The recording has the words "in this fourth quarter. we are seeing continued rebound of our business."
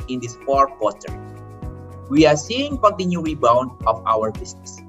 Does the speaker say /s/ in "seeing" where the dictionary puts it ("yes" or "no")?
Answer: yes